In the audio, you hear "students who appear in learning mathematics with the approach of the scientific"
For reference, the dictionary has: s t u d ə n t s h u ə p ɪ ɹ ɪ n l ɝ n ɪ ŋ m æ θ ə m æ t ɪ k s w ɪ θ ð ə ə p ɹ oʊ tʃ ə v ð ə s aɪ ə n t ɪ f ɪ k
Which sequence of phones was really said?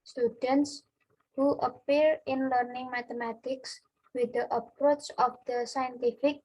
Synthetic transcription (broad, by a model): s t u d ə n t s h u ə p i ɹ ɪ n l ɝ n ɪ ŋ m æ t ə m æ t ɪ k s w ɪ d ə ə p ɹ oʊ tʃ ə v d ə s aɪ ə n t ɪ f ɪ k